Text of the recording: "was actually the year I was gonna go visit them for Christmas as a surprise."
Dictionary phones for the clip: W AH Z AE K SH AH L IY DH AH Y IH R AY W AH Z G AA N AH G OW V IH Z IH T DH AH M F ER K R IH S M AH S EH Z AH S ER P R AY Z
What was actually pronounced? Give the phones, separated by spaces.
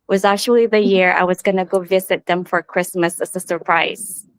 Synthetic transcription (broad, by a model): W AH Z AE K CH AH L IY DH AH Y IH R AY W AH Z G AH N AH G OW V IH Z IH T DH AH M F ER K R IH S M AH S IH S AH S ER P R AY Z